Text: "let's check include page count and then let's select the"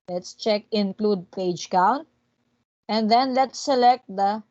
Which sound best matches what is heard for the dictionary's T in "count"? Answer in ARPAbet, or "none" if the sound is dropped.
none